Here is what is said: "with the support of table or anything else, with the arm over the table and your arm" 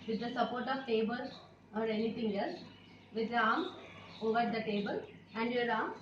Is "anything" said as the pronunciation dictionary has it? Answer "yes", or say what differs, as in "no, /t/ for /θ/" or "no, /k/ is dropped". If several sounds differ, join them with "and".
no, /t/ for /θ/